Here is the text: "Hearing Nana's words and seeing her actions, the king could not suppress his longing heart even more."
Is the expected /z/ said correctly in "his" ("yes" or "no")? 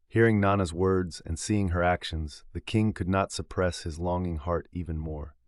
yes